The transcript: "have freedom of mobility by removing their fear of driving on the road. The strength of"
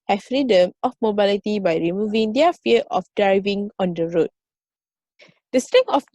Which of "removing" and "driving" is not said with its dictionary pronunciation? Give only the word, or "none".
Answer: none